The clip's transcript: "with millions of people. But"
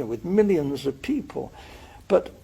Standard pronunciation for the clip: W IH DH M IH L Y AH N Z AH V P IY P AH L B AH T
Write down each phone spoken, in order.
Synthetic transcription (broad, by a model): W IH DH M IH L Y AH N Z AH V P IY P AH L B AH T